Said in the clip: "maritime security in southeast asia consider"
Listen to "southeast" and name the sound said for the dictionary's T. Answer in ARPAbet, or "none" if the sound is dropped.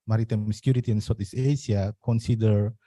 none